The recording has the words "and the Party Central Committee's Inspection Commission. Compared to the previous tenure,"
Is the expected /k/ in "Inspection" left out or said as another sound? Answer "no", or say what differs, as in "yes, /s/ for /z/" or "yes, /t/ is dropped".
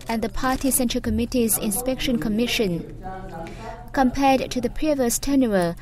no